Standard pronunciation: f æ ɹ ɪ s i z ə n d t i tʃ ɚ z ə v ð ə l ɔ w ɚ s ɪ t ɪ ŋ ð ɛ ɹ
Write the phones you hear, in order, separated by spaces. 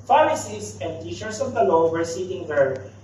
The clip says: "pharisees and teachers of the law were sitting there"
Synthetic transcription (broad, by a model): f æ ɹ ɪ s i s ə n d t i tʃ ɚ s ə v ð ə l ɔ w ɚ s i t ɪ ŋ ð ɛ ɹ